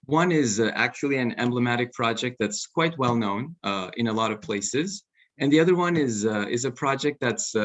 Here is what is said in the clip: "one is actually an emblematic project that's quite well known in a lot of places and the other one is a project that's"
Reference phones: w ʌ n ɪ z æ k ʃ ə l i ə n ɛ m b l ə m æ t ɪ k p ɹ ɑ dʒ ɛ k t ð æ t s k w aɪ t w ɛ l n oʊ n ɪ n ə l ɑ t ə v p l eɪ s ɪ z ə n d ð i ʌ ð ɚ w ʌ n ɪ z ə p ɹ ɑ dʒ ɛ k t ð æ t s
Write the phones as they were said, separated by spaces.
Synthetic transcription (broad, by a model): w ʌ n ɪ z æ k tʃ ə l i ə n ɛ m b l ə m æ t ɪ k p ɹ ɑ dʒ ɛ k t ð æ t s k w aɪ t w ɛ l n oʊ n ɪ n ə l ɑ t ə v p l eɪ s ɪ z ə n ð i ʌ ð ɚ w ʌ n ɪ z ə p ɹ ɑ dʒ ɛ k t ð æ t s